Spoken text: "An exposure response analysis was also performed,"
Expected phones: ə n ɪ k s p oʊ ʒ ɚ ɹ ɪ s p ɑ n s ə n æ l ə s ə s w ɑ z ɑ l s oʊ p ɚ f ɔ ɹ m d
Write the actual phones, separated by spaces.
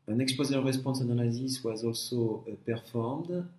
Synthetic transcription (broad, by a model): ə n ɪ k s p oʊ z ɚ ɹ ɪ s p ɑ s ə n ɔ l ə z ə s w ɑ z ɑ l s oʊ p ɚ f ɔ ɹ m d